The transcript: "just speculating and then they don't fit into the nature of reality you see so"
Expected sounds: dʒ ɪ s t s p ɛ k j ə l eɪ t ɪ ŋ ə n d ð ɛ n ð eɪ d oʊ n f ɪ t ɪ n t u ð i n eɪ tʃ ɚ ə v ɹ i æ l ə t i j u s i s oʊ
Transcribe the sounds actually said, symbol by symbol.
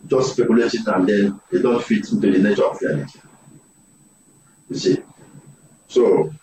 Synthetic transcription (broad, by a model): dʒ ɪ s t s p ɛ k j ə l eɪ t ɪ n ə n d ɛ n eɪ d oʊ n f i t ɪ n t u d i n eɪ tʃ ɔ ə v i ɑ n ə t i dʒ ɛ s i s oʊ